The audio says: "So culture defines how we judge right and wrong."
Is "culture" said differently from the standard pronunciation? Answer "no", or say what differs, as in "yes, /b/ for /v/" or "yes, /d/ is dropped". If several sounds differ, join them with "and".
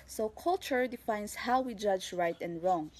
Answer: no